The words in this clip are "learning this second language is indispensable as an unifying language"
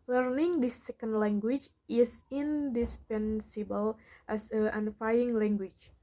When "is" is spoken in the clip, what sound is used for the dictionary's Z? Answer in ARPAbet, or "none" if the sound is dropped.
S